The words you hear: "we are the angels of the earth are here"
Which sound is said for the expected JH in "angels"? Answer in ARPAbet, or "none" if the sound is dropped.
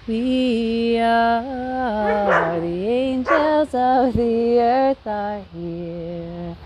JH